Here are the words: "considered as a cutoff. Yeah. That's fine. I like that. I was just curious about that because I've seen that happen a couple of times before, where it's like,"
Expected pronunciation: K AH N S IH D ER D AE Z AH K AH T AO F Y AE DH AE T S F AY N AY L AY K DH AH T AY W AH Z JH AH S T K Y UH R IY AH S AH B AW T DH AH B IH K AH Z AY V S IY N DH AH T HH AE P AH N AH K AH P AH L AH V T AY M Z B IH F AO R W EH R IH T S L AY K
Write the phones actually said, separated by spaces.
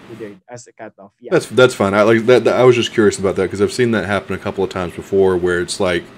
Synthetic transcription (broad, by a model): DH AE T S DH AE T S F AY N AY L AY K DH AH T AY W AH Z JH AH S K Y UH R IY AH S AH B AW T DH AH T K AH Z AY V S IY N DH AH T HH AE P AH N AH K AH P L AH V T AY M Z B IH F AO R W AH R IH T S L AY K